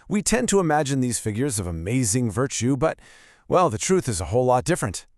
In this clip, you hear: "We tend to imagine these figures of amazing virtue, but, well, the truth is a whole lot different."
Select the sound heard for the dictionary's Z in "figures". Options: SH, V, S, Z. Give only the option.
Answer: Z